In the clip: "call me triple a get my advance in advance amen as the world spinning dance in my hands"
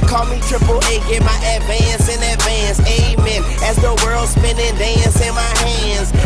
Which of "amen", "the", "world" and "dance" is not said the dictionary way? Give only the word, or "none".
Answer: none